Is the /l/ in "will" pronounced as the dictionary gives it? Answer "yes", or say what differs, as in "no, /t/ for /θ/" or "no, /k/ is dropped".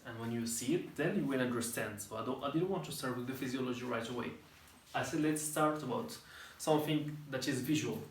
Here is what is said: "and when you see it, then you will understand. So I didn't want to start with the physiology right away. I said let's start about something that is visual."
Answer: no, /n/ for /l/